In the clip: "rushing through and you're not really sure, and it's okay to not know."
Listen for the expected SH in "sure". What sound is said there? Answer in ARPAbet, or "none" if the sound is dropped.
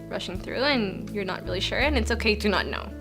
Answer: SH